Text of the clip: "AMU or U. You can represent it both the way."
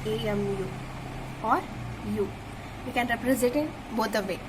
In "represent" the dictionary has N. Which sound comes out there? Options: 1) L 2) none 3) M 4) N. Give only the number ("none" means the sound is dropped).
2